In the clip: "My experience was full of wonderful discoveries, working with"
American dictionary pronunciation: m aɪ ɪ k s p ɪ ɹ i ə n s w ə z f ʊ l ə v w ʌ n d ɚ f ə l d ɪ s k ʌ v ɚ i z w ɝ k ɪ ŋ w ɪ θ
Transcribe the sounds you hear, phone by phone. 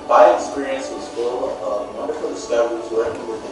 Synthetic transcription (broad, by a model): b aɪ ɪ k s p ɪ ɹ i ə n s w ə z f ʊ l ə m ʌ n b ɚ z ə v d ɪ s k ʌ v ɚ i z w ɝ ɪ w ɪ